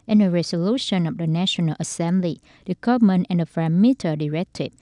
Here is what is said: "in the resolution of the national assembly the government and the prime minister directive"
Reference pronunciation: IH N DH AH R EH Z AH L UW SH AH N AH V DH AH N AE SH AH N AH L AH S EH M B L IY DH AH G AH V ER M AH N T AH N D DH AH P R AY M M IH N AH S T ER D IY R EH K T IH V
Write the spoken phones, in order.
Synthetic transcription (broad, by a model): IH N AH R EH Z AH L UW SH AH N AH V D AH N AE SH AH N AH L AH S EH M B L IY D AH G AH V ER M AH N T AH N D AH F R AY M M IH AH T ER D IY R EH K T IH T